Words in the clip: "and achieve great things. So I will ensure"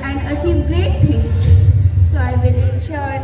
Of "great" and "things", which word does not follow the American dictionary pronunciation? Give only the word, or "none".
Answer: things